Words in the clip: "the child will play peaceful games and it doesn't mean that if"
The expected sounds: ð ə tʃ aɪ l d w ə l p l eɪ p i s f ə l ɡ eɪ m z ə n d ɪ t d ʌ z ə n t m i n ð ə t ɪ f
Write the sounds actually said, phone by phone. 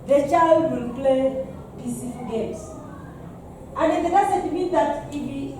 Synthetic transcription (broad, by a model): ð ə tʃ aɪ l d w ə l p l eɪ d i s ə ɡ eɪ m s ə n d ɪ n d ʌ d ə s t m i n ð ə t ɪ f